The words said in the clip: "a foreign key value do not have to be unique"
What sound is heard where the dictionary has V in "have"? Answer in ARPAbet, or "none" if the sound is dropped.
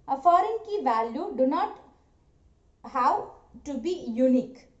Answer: W